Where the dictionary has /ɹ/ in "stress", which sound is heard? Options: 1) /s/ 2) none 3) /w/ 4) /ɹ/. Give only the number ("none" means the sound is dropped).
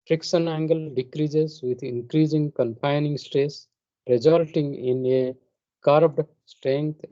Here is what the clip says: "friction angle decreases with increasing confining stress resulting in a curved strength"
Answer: 2